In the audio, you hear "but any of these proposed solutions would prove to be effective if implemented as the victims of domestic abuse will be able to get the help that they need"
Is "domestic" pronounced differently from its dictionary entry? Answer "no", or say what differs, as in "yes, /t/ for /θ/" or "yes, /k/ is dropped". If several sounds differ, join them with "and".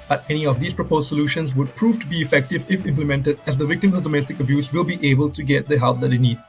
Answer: no